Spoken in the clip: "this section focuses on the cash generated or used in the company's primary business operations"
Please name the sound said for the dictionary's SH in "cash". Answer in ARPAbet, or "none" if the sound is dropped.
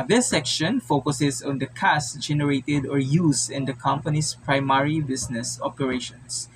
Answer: S